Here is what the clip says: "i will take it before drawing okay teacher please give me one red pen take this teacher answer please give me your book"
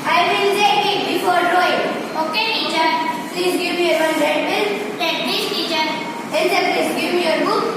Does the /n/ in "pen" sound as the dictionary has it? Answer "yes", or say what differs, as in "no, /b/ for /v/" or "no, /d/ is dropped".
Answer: no, /l/ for /n/